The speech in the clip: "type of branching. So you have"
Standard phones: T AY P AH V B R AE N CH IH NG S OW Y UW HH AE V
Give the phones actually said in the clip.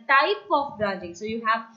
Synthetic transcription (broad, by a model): T AY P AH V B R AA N IH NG S OW Y UW HH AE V